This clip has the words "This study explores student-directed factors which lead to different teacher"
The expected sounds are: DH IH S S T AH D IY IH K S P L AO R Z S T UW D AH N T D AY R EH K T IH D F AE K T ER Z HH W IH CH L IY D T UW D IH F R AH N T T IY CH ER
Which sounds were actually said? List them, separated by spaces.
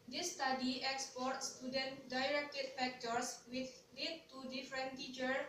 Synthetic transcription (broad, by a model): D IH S S T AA D IY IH K S P AO R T S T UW D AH N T D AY R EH K T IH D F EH K T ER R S W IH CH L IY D T UW D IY F R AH N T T IY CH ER